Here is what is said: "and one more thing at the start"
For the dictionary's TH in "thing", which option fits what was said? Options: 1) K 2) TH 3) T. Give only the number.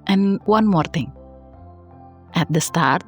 3